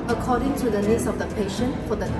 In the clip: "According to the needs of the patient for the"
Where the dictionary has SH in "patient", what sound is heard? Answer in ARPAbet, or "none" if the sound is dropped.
SH